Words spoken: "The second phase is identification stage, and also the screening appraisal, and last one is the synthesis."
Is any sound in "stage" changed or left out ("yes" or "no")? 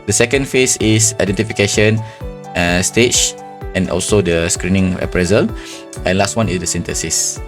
yes